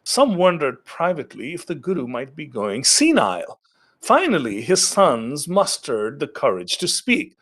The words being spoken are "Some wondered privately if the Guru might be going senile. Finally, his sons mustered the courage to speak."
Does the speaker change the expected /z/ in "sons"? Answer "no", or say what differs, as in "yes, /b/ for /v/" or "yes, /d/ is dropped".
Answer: no